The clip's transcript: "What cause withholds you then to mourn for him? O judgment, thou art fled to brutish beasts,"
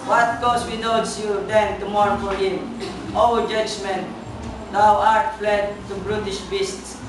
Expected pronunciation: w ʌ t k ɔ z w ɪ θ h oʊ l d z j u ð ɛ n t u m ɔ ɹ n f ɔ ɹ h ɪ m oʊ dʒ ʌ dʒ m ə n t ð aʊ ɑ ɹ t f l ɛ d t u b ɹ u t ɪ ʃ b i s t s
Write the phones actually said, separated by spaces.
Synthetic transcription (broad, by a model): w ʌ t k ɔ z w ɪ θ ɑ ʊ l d s j u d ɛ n t u m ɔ ɹ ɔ f ɔ ɹ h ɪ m oʊ dʒ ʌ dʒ m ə n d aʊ ɑ ɹ t f l ɛ d t u b ɹ u t ɪ ʃ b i s t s